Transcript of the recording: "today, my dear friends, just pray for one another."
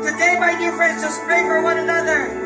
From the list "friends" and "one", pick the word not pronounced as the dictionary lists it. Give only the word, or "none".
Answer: none